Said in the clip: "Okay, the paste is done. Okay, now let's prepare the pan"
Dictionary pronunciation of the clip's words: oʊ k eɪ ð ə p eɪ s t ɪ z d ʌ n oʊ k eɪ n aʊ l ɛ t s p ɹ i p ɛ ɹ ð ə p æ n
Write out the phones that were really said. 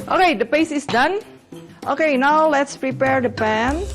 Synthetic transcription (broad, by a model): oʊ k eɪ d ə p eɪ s ɪ s d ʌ n oʊ k eɪ n aʊ l ɛ t s p ɹ i p ɛ ɹ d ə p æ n